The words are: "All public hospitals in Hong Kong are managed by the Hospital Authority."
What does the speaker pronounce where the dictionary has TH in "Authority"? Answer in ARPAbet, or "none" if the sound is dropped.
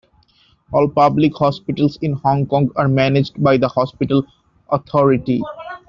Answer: T